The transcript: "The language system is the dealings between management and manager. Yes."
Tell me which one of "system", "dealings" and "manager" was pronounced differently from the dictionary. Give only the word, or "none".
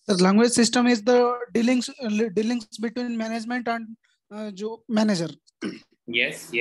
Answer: dealings